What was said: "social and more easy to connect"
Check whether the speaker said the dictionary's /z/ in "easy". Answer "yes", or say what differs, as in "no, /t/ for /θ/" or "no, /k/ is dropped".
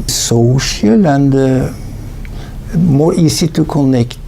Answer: no, /s/ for /z/